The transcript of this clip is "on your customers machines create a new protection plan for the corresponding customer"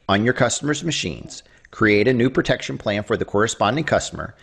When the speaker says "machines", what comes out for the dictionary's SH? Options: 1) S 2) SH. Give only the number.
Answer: 2